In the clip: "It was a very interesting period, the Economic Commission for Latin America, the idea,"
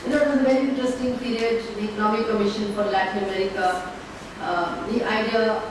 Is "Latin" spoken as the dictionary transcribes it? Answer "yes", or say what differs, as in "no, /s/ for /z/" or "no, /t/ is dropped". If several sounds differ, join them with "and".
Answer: yes